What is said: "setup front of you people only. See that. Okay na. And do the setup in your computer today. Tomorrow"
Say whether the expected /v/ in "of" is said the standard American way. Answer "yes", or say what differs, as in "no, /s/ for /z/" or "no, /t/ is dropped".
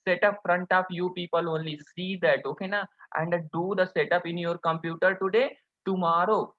no, /p/ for /v/